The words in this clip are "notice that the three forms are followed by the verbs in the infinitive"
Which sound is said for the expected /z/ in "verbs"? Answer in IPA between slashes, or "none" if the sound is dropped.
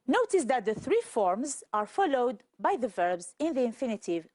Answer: /z/